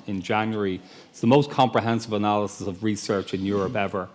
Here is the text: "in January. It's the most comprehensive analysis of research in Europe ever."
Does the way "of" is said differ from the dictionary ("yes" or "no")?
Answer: no